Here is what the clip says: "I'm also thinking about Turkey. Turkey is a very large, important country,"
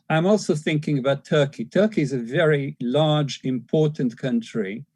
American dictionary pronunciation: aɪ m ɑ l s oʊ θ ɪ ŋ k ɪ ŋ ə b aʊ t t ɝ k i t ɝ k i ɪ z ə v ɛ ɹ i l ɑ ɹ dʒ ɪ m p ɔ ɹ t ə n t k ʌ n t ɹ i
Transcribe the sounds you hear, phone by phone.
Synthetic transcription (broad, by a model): aɪ m ɑ l s oʊ θ ɪ ŋ k ɪ ŋ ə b aʊ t t ɝ k i t ɝ k i ɪ z ə v ɛ ɹ i l ɑ ɹ dʒ ɪ m p ɔ ɹ t n k ʌ n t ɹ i